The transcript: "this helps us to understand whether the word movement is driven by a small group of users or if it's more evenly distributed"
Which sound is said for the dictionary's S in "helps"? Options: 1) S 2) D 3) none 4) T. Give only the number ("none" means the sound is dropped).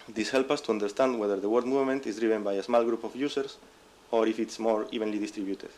3